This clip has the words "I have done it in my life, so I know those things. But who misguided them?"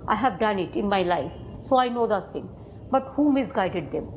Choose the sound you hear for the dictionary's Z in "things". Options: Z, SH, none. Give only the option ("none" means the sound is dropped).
none